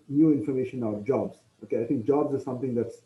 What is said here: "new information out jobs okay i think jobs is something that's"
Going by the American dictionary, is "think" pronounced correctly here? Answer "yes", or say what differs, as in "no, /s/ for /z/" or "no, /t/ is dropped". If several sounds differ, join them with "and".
no, /t/ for /θ/